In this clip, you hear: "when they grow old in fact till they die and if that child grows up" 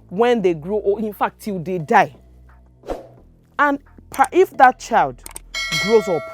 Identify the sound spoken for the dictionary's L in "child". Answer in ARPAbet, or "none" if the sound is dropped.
L